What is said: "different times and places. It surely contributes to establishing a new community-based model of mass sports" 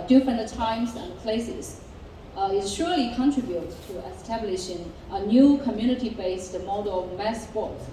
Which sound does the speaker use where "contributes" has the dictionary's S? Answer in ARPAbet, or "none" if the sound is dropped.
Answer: none